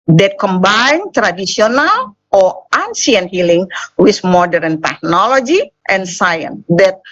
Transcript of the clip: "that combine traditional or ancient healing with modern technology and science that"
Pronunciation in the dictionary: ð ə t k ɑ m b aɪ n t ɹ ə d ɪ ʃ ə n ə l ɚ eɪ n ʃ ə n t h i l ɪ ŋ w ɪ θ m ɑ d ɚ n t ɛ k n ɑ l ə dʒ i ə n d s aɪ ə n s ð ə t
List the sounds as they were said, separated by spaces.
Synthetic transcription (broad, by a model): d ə t k ɑ m b aɪ n t ɹ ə d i s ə n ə l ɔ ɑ n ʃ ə n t h i l ɪ ŋ w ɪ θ m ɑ d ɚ n t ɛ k n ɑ l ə dʒ i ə n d s aɪ ə n s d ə t